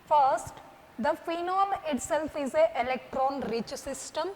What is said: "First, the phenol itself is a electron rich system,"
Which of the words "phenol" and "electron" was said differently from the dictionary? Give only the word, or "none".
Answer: none